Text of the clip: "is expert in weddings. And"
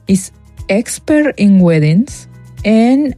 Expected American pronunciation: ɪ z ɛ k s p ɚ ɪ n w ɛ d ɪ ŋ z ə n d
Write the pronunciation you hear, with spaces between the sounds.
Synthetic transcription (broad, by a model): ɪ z ɛ k s p ɚ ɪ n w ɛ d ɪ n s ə n